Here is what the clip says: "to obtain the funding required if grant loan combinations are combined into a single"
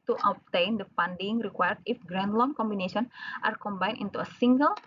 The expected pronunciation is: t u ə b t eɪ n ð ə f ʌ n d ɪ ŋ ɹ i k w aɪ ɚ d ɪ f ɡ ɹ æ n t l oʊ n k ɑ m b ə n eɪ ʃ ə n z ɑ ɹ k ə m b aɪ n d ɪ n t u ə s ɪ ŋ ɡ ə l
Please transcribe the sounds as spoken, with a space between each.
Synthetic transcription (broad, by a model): t u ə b t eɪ n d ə p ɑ n d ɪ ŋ ɹ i k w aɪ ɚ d ɪ f ɡ ɹ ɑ n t l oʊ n k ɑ m b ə n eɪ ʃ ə n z ɑ ɹ k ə m b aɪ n ɪ n t u ə s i ŋ ɡ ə l